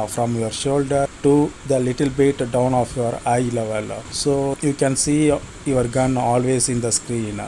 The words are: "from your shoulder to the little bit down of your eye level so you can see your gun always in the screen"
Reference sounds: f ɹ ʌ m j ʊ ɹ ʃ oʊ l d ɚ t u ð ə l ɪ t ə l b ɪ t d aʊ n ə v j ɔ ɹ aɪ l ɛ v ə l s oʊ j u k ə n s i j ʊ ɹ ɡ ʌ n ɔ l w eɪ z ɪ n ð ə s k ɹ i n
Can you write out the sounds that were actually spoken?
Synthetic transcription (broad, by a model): f ɹ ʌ m j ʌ ɹ ʃ oʊ l d ɚ t u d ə l ɪ t ə l b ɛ t d aʊ n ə f j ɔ ɹ aɪ l ɛ v ə l s oʊ j u k ə n s i j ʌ ɹ ɡ ʌ n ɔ l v eɪ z ɪ n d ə s k ɹ i n